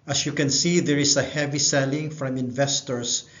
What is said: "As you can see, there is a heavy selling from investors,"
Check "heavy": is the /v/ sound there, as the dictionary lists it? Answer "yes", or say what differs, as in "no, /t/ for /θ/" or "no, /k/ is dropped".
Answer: yes